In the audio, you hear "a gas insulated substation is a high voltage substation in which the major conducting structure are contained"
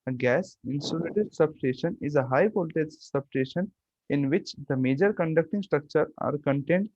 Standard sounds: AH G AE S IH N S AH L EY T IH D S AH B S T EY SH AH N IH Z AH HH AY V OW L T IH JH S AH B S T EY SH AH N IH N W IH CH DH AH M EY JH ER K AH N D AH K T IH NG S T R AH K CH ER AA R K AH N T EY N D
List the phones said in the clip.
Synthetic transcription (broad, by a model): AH G AE S IH N S AH L EY T IH D S AH B S T EY SH AH N IH Z AH HH AY P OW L T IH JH S AH B S T EY SH AH N IH N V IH CH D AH M EY JH ER K AH N D AH K T IH NG S T R AH K CH ER AA R K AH N T EY N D